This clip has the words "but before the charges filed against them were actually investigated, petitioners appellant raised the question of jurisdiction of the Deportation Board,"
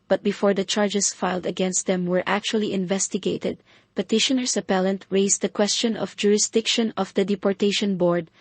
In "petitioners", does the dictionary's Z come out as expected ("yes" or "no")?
no